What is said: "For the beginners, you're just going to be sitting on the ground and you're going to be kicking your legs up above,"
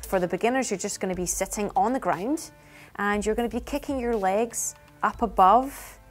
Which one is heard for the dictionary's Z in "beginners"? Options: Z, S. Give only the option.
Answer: Z